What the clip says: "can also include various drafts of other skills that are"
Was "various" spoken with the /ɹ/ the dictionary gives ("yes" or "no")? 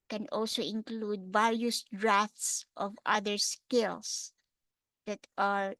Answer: no